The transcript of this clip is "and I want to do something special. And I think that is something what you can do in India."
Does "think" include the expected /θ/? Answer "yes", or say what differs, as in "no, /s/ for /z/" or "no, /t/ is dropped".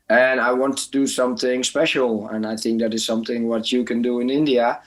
yes